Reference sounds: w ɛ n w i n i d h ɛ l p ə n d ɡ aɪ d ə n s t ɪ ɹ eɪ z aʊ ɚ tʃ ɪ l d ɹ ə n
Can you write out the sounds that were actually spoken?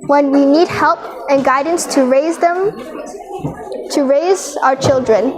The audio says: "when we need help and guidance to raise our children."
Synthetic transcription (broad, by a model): w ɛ n w i n i d h ɛ l p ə n ɡ aɪ d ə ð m t ɪ ɹ eɪ z aʊ ɚ tʃ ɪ l d ɹ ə n